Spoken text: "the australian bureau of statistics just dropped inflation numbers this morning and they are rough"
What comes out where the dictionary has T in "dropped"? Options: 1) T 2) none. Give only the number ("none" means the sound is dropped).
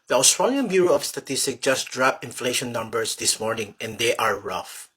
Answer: 2